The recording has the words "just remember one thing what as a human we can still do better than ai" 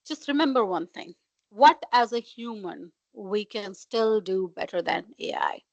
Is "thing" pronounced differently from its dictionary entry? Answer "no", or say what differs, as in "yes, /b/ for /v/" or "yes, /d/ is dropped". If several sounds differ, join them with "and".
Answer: yes, /t/ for /θ/